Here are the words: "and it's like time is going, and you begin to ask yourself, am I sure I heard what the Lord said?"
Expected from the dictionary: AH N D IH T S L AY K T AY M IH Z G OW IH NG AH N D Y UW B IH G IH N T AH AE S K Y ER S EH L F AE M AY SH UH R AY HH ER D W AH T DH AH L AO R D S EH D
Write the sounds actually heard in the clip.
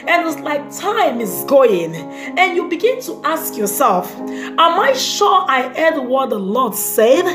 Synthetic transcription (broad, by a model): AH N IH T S L AY K T AY M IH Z G OW IH NG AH N Y UW B IH G IH N T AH AE S K Y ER S EH L F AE M AY SH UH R AY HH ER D W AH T DH AH L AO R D S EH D